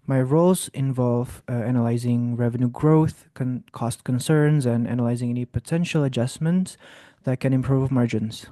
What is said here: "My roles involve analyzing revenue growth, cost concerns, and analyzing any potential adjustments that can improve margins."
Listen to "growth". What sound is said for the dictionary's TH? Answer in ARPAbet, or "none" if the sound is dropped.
TH